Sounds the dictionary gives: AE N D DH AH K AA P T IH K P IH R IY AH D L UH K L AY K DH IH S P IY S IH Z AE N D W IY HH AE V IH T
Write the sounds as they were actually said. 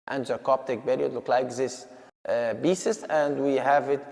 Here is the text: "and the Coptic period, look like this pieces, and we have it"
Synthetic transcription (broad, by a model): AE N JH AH K AA P T IH K B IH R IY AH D L UH K L AY K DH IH S B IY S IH S AE N D W IY HH AE V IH T